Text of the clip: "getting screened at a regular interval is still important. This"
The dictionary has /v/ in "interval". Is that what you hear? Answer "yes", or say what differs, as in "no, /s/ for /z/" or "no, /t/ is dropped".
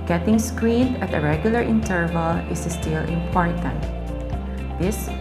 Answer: yes